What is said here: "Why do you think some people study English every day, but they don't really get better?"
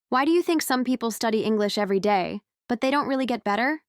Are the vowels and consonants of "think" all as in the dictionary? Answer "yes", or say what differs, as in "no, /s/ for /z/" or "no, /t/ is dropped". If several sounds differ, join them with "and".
yes